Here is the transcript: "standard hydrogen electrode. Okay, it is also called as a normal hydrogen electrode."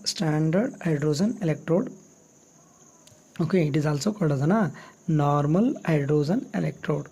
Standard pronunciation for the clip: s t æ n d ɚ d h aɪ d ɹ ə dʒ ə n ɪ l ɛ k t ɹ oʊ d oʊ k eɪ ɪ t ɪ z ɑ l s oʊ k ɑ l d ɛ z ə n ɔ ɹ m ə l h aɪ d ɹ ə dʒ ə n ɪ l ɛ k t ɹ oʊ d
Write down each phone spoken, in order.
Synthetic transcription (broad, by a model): s t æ n d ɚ d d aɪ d ɹ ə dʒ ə n ɪ l ɛ k t ɹ oʊ d oʊ k eɪ ɪ t ɪ z ɑ l s oʊ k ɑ d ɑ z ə n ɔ ɹ m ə l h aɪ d ɹ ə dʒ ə n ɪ l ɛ k t ɹ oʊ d